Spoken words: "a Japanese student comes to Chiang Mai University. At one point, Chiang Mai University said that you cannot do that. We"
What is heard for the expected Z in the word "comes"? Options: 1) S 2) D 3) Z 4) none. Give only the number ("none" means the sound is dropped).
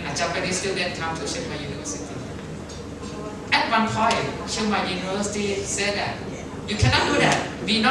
4